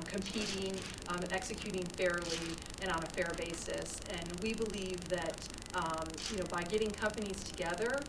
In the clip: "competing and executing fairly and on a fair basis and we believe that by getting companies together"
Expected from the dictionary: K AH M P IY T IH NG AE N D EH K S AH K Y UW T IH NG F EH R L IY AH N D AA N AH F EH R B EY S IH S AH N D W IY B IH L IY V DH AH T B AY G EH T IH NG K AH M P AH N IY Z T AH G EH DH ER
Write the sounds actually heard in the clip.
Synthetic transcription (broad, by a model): K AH M P IY T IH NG EH K S AH K Y UW T IH NG F EH R L IY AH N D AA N AH F EH R B EY S IH S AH N W IY B IH L IY V DH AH T B AY G EH T IH NG K AH M P AH N IY Z T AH G EH DH ER